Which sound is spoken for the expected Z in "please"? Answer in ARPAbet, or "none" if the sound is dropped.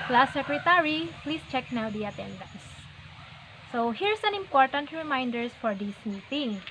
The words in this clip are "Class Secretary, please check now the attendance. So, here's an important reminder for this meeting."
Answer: S